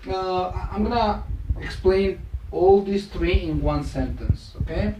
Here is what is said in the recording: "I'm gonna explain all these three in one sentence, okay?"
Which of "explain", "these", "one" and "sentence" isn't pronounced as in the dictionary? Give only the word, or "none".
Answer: these